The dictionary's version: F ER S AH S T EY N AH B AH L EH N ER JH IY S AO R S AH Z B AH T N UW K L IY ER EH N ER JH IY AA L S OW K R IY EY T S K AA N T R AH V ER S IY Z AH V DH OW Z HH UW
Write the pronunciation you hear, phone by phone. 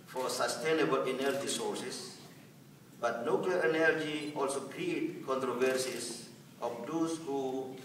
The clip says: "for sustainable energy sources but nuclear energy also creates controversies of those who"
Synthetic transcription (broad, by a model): F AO S AH S T EY N AH B AH L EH N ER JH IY S AO R S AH S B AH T N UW K L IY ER EH N ER JH IY AA L S OW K R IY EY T K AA N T R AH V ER S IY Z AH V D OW S HH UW